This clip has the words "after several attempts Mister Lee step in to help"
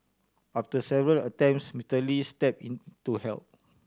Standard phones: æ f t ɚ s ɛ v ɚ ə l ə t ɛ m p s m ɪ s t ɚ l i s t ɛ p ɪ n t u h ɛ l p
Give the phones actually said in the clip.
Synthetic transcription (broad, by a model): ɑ f t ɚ s ɛ v ɚ ə l ə t ɛ m p s m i t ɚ l i s t ɛ p ɪ n t u h ɛ l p